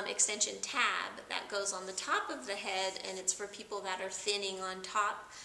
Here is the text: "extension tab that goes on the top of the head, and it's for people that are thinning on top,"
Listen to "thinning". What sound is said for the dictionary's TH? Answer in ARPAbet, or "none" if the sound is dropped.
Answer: TH